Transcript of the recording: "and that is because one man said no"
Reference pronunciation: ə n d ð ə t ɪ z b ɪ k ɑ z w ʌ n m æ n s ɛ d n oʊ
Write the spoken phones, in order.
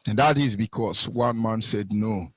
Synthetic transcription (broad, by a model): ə n ð ə t ɪ z b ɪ k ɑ s w ʌ n m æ n s ɛ d n oʊ